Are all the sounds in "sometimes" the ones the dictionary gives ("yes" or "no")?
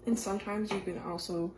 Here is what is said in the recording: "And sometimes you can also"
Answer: yes